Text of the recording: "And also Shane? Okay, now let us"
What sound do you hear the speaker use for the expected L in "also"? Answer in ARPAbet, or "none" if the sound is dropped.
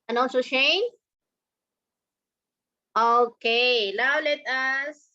N